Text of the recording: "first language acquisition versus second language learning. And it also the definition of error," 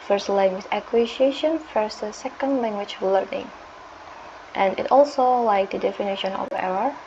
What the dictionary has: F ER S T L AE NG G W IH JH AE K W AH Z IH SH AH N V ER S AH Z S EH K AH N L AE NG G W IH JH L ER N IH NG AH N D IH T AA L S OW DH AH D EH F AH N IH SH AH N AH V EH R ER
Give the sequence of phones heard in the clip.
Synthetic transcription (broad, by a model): F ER S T L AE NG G W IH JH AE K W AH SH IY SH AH N F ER S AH S EH K AH N L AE NG G W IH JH L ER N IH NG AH N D IH T AA L S OW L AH D EH F AH N IH SH AH N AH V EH R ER